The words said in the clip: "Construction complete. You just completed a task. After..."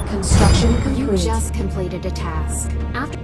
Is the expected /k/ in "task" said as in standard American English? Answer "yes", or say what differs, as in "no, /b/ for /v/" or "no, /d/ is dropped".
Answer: yes